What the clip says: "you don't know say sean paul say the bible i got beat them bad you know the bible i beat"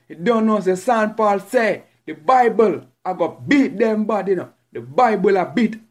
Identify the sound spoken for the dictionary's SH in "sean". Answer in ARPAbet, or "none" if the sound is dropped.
S